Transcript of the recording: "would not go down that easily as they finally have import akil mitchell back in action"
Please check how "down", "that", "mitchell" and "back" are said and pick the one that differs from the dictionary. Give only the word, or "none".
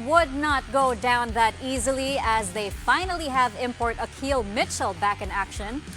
none